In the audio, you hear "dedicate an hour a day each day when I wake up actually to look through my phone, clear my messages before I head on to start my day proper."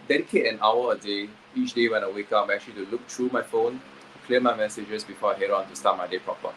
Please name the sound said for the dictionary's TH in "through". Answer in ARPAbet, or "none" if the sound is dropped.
T